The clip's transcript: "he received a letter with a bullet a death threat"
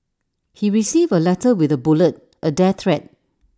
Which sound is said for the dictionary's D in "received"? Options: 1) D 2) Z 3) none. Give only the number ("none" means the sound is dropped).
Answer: 3